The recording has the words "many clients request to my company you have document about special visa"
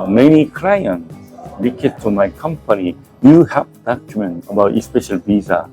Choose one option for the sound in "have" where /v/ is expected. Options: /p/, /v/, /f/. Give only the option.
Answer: /p/